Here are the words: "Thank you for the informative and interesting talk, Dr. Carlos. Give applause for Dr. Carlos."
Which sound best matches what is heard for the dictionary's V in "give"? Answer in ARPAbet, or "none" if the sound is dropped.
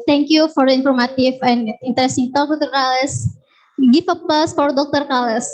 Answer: F